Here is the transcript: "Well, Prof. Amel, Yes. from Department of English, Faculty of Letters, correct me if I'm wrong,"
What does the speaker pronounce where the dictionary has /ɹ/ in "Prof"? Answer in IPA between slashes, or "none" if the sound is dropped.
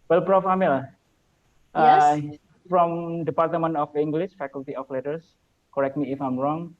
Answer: /ɹ/